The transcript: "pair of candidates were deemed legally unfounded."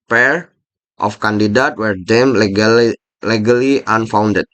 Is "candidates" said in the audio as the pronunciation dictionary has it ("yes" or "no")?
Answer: no